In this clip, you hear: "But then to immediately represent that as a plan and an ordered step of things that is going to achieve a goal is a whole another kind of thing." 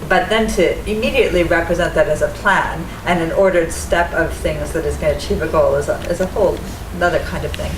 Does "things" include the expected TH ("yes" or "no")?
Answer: yes